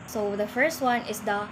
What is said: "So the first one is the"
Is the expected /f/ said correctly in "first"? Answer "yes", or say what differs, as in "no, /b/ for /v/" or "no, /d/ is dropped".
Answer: yes